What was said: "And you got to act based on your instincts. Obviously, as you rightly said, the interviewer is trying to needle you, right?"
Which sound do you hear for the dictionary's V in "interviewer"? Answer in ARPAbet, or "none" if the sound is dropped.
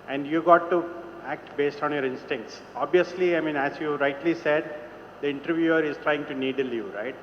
V